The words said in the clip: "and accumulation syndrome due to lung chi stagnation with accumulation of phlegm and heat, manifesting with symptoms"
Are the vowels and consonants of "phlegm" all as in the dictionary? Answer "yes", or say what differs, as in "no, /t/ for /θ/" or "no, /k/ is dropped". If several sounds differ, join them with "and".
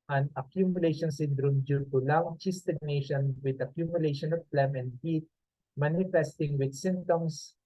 no, /p/ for /f/